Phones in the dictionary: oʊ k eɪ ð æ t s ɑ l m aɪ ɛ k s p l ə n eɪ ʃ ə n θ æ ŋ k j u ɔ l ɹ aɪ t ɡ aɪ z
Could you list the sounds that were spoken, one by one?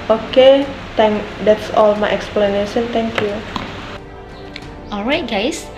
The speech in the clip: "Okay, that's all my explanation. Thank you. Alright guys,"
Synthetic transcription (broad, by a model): oʊ k eɪ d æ t s ɑ l m aɪ ɛ k s p l ə n eɪ ʃ ə n t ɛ ŋ k j u ɔ l ɹ aɪ t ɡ aɪ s